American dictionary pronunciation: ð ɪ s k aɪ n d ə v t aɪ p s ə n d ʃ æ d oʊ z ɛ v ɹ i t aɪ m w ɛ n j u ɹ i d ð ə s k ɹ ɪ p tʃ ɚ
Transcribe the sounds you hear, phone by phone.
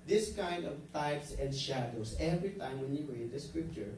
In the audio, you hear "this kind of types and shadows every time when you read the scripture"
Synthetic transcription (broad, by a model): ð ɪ s k aɪ n d ə v t aɪ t s ə n d ʃ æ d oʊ s ɛ v ɹ i t aɪ m w ɛ n j u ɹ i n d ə s k ɹ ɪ p tʃ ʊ